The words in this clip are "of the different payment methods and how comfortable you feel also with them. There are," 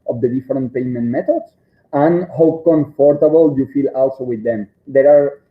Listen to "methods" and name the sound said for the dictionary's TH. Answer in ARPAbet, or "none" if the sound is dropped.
T